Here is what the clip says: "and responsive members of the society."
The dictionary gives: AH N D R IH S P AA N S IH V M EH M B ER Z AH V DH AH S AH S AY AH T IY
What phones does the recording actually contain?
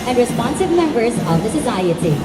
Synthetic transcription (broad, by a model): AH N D R IH S P AA N S IH V M EH M B ER Z AH V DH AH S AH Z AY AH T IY